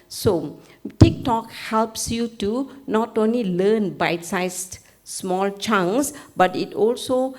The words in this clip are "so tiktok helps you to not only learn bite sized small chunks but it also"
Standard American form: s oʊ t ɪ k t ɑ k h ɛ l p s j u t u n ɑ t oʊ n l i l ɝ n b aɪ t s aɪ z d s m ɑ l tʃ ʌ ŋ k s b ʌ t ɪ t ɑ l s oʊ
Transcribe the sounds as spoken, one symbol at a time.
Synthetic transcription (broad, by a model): s oʊ t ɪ k t ɑ k h ɛ l p s j u t u n ɑ t oʊ n l i l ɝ n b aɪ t s aɪ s s m ɑ l tʃ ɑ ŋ s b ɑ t ɪ t ɑ l s oʊ